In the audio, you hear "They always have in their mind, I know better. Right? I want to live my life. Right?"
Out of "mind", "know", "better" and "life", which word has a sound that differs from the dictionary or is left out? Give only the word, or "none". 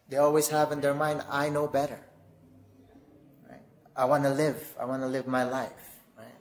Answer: none